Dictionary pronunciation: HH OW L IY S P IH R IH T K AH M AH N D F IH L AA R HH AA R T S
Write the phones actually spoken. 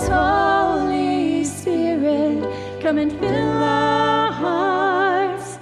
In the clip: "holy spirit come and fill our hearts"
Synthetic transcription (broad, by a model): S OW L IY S IH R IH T K AH M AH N F IH L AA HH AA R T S